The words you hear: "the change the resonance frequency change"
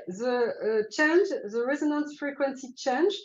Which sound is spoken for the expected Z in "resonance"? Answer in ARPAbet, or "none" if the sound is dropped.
Z